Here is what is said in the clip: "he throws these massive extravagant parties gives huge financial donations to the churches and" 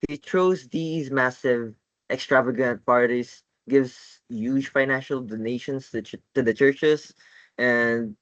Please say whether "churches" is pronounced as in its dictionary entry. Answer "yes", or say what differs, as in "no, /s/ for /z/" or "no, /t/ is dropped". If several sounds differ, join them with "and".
no, /s/ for /z/